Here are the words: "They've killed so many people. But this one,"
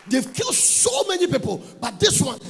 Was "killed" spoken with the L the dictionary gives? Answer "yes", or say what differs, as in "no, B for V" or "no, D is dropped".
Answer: yes